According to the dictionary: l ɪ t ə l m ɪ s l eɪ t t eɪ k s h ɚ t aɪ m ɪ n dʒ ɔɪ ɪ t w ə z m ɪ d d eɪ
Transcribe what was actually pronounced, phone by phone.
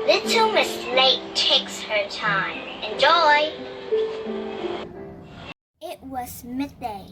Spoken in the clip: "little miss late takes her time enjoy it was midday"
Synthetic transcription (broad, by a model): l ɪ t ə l m ɪ s n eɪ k t eɪ k s h ɚ t aɪ m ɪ n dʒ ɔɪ ɪ t w ə z m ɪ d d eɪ